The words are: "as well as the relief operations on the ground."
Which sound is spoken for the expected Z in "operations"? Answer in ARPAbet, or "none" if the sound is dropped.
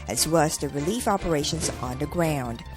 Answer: Z